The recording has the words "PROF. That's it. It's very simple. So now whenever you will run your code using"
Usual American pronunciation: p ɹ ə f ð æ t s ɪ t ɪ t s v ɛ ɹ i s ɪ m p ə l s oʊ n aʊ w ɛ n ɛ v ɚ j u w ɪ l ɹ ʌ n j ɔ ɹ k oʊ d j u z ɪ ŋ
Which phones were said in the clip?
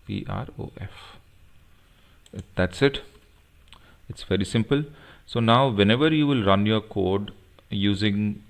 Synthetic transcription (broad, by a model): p ɹ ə f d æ t s ɪ t ɪ t s v ɛ ɹ i s ɪ m p ə l s oʊ n aʊ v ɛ n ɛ v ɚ j u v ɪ l ɹ ʌ n j ɔ ɹ k oʊ d j u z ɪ ŋ